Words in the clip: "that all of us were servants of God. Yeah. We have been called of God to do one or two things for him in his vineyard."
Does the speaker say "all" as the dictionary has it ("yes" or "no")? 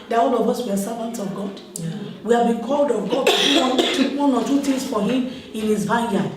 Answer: yes